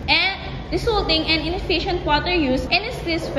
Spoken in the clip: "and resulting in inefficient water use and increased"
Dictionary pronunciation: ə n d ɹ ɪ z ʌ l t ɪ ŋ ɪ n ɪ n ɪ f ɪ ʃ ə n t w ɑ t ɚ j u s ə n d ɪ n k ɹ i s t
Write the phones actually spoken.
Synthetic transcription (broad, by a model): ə n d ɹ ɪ s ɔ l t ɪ ŋ ɪ n ɪ n ɪ f ɪ ʃ ə n t w ɑ t ɚ j u s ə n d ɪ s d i s